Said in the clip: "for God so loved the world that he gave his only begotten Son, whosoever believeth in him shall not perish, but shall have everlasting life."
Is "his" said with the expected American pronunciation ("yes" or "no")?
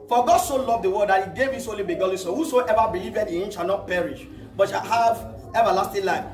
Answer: no